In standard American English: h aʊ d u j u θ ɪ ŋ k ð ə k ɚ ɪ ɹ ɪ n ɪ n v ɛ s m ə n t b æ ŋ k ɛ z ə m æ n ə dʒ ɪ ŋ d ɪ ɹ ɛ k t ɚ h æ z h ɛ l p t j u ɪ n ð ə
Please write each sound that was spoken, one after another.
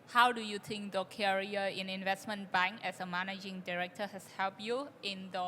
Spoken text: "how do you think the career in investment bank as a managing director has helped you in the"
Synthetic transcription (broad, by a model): h aʊ d u j u t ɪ ŋ k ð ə k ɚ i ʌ ɪ n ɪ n v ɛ s m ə n b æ ŋ k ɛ s ə m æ n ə dʒ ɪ ŋ d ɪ ɹ ɛ k t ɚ h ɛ s h ɛ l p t j u ɪ n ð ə